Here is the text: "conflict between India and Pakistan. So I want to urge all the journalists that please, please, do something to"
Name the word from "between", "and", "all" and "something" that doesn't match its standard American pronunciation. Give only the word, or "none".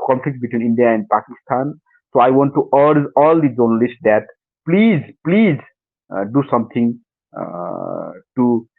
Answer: something